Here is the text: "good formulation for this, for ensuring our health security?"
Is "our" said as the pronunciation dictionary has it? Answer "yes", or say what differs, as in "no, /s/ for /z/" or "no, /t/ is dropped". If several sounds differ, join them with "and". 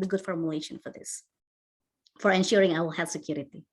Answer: no, /w/ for /ɹ/